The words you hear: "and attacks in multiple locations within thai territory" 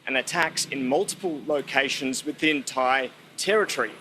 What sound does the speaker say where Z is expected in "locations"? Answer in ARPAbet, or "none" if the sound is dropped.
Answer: Z